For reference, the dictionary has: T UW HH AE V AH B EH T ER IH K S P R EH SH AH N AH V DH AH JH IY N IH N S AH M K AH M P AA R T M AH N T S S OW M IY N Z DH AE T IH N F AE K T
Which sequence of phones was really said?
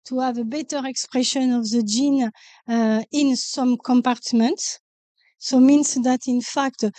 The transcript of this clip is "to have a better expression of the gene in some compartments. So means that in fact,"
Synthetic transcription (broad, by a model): T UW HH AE V AH B EH T ER IH K S P R EH SH AH N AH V DH AH JH IY N IH N S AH M K AH M P AA R T M AH N T S S OW M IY N S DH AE T IH N F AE K T